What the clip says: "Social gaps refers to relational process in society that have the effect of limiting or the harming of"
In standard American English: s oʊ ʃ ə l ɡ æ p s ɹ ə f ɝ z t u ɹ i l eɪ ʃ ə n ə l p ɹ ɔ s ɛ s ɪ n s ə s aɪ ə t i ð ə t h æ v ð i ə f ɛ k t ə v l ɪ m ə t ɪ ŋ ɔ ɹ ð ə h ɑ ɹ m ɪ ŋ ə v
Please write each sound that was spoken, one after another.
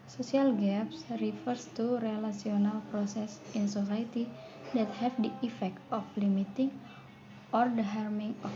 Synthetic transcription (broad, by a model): s oʊ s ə l ɡ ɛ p s ɹ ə f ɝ s t u ɹ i l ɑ s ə n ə l p ɹ ɔ s ɛ s ɪ n s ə s aɪ t i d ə t h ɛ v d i ə f ɛ k t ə f l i m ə t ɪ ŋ ɔ ɹ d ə h ɑ ɹ m ɪ ŋ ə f